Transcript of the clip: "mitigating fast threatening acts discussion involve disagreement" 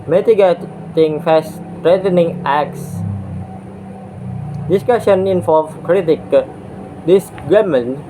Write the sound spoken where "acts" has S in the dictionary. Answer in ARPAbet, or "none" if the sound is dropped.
S